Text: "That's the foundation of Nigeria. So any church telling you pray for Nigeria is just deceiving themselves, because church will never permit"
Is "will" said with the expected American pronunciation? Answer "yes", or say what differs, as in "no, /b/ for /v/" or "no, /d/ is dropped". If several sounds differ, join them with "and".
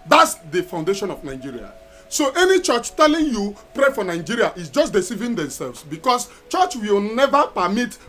yes